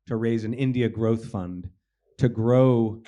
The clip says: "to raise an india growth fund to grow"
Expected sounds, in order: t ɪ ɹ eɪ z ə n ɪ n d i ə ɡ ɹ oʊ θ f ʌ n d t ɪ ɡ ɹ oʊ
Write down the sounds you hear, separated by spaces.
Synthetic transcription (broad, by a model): t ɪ ɹ eɪ z ə n ɪ n d i ə ɡ ɹ oʊ θ f ʌ n t ɪ ɡ ɹ oʊ